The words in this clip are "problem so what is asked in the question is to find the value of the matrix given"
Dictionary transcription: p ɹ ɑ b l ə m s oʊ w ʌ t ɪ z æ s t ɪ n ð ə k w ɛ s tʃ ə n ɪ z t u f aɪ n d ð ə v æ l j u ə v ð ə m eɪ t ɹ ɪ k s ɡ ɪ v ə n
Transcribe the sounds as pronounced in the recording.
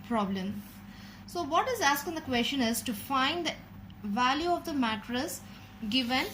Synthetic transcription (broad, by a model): p ɹ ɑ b l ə m s oʊ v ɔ t ɪ z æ s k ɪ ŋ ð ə k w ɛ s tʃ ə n ɪ z t u f aɪ n d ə v æ l j u ə v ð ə m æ t ɹ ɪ s ɡ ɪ v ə n